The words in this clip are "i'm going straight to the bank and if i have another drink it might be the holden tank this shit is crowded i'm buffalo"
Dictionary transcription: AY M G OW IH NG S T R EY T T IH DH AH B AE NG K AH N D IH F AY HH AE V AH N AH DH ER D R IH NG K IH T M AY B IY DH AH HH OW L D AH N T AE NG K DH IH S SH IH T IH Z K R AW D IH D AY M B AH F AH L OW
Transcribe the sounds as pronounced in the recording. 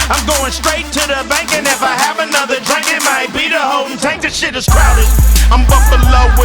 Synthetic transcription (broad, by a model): AY M G OW IH NG S T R EY T T IH DH AH B AE NG K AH N IH F AY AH V AH N AH DH ER D R IH NG K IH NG M AY B IY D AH HH OW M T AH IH K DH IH SH IH T IH Z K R AW D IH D AY M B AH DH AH L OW